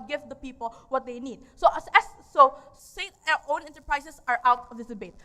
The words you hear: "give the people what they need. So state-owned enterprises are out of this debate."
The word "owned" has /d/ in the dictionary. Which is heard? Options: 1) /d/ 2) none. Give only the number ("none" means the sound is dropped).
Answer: 2